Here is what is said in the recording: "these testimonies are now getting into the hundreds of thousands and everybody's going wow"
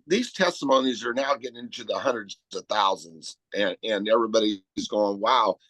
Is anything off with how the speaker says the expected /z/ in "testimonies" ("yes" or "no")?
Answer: no